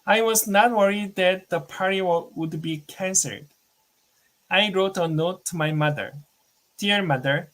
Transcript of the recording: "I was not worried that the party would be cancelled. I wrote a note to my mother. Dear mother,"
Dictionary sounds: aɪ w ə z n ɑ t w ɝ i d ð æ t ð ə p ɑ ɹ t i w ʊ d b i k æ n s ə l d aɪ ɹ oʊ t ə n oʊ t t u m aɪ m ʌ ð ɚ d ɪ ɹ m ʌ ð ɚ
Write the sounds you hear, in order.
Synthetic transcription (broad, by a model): aɪ w ə z n ɑ t w ɝ i d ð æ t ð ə p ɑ ɹ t i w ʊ d b i k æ n s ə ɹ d aɪ ɹ oʊ t ə n oʊ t t u m aɪ m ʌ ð ɚ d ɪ ɹ m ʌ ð ɚ